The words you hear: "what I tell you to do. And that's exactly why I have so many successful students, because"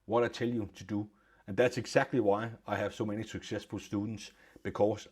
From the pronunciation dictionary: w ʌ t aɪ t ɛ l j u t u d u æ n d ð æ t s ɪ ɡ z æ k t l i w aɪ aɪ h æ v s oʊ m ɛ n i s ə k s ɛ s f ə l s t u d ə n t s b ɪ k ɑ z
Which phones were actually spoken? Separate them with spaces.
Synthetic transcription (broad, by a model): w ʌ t aɪ s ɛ l j u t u d u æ n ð æ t s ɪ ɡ s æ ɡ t l i w aɪ aɪ h æ v s oʊ m ɛ n i s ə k s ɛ s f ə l s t u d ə n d s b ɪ k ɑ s